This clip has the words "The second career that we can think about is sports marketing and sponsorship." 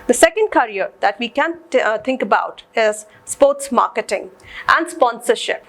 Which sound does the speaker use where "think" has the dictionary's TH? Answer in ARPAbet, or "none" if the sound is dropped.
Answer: T